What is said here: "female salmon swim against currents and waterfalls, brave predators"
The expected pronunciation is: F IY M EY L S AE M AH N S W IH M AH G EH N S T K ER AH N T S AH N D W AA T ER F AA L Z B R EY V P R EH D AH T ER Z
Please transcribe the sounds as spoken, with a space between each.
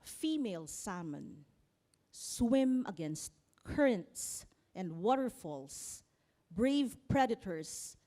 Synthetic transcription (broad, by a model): F IY M EY L S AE M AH N S W IH M AH G EH N S T K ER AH N T S AH N D W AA T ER F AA L S B R EY V P R EH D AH T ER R